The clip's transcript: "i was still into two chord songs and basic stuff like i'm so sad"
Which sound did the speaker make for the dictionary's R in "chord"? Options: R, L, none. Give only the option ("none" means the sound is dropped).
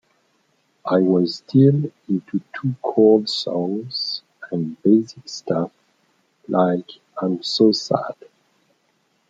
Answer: L